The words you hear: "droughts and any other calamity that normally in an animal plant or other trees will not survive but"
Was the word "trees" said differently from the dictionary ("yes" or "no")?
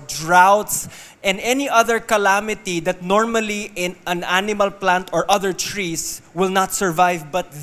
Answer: yes